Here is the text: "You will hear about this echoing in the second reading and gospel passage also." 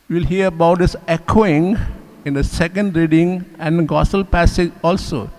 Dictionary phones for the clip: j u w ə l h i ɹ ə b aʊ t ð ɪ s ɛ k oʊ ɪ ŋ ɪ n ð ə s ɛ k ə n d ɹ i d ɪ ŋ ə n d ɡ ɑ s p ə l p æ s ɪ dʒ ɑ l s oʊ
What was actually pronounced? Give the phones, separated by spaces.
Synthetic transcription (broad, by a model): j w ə l h i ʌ ə b aʊ t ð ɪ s ɛ k oʊ ɪ ŋ ɪ n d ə s ɛ k ə n d ɹ i d ɪ ŋ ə n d ɡ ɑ s ə l p æ s ɪ dʒ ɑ l s oʊ